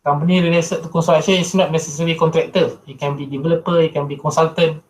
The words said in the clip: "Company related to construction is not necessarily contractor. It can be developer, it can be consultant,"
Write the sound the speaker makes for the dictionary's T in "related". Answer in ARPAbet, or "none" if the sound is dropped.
S